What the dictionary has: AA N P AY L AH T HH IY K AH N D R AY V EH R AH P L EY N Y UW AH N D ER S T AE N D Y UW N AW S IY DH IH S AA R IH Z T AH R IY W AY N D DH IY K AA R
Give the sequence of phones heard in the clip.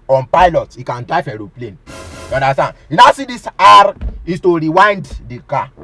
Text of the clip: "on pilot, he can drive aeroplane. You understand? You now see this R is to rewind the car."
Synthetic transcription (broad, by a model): AA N P AY L AH T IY K AH N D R AY F EH R AH P L EY N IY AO N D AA S T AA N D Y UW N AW S IY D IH S AA R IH S T AH R IY W AY N D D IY K AA